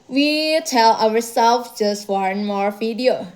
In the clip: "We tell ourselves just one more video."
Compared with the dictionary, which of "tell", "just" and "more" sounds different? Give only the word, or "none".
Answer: none